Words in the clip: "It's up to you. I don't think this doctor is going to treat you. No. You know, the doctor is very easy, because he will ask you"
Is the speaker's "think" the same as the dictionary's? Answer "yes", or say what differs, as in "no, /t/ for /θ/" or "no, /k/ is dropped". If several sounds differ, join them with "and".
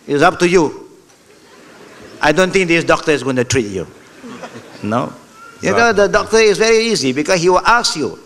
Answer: no, /t/ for /θ/